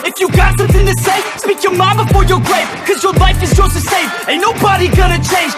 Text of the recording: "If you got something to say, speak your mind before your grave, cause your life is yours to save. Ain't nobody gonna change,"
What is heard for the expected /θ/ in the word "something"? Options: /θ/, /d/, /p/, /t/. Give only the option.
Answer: /θ/